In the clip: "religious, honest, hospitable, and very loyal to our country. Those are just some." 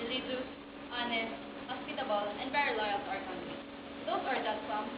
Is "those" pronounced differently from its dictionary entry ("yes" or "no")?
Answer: yes